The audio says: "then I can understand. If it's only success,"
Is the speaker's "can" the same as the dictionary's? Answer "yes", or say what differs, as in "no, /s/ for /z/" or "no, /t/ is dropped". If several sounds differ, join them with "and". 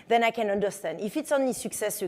yes